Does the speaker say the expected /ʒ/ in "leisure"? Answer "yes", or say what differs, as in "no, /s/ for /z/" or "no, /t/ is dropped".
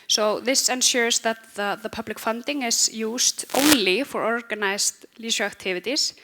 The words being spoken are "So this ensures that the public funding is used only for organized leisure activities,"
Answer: no, /ʃ/ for /ʒ/